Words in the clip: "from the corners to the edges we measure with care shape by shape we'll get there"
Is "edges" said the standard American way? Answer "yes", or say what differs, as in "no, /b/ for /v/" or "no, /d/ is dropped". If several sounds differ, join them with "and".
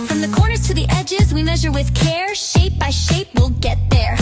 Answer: yes